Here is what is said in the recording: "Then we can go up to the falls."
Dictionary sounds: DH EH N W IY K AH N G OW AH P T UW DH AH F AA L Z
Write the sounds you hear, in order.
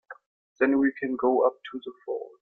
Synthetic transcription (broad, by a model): DH EH N W IY K AH N G OW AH P T UW DH AH F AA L